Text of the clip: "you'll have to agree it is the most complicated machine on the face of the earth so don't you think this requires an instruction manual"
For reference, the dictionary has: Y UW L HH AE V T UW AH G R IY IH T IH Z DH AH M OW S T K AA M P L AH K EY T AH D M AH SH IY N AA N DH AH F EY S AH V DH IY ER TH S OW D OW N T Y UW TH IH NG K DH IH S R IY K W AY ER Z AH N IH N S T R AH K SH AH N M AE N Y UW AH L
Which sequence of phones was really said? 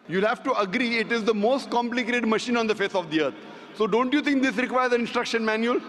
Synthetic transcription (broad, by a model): Y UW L HH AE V T UW AH G R IY IH T IH Z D AH M OW S T K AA M P L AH K EY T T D M AH SH IY N AA N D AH F EY S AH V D IY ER T S OW D OW N T Y UW T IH NG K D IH S R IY K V AY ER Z AH N IH N S T R AH K SH AH N M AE N Y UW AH L